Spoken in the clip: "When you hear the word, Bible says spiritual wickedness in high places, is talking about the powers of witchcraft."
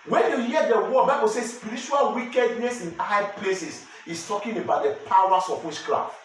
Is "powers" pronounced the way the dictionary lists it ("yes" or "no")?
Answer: no